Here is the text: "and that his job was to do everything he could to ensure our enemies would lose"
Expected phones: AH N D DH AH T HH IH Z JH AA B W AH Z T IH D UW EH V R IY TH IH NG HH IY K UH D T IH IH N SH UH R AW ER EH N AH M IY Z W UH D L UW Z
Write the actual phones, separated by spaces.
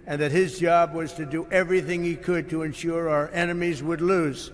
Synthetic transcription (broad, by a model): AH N DH AH T HH IH Z JH AA B W AH Z T IH D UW EH V R IY TH IH NG HH IY K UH D T IH IH N SH UH R AW ER EH N AH M IY Z W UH D L UW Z